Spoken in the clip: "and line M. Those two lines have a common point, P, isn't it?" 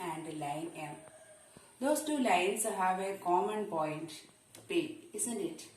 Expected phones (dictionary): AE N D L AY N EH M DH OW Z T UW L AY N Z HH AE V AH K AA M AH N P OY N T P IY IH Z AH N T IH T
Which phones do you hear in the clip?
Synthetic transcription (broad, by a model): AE N D L AY N EH M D OW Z T UW L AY N S HH AE V AH K AA M AH N P OY N T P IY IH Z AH N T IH T